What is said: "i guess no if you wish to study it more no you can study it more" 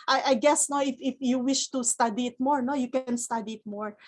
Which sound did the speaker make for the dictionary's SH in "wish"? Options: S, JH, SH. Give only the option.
SH